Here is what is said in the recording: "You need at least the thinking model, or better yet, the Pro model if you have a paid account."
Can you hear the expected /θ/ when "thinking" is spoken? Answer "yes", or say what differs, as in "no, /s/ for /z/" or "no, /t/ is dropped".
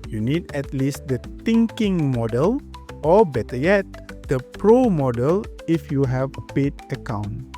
no, /t/ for /θ/